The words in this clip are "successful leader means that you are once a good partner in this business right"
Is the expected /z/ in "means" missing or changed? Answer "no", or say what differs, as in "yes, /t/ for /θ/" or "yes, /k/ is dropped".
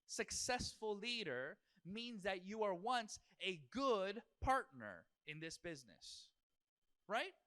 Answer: no